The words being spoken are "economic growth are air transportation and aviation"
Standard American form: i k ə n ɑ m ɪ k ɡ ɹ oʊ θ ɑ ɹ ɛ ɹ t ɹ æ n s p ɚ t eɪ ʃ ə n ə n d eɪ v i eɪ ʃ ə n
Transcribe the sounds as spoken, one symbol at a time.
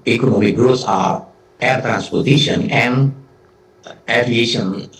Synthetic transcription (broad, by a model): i k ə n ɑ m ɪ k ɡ ɹ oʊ s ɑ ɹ ɛ ɹ t ɹ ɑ n s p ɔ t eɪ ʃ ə n ə n d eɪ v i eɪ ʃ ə n